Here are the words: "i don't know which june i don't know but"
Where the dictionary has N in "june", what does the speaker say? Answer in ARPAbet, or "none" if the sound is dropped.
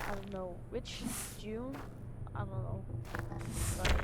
none